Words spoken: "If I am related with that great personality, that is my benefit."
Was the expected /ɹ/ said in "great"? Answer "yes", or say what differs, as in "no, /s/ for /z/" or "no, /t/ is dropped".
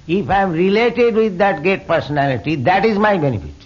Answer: no, /ɹ/ is dropped